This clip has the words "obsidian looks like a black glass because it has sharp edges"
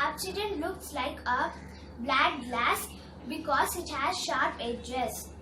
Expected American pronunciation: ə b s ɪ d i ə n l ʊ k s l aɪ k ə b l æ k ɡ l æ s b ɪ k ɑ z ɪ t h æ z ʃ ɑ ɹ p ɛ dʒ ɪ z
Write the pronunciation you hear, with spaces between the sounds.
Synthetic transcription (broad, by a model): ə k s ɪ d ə n l ʊ k s l aɪ k ə b l æ k ɡ l æ s b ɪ k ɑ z ɪ t h æ z ʃ ɑ ɹ p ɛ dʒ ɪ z